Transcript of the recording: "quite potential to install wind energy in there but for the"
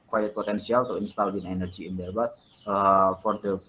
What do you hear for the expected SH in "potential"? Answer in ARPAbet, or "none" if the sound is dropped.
S